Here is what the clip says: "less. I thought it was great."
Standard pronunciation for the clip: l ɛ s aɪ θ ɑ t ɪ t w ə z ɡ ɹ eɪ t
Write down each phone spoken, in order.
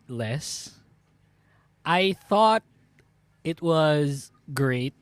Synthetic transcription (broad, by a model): l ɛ s aɪ θ ɑ t ɪ t w ə z ɡ ɹ eɪ t